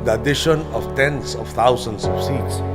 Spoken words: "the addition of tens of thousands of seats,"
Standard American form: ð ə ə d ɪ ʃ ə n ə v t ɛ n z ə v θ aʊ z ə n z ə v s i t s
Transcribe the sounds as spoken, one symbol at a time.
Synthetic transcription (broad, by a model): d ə ə d ɪ ʃ ə n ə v t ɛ n s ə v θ aʊ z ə n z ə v s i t s